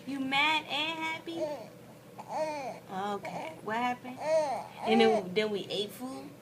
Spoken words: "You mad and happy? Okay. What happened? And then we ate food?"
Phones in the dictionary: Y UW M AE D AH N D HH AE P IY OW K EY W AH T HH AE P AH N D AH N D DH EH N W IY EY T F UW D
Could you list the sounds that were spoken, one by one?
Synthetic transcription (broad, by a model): Y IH M AE D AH N HH AE P IY OW K EY W AH T HH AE P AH N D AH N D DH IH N W IY EY T F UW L